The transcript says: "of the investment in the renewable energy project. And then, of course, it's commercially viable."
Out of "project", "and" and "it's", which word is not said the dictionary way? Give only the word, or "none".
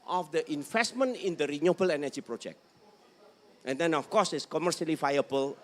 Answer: none